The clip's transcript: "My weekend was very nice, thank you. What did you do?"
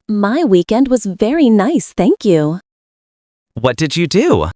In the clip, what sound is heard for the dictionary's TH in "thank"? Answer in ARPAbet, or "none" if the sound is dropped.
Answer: TH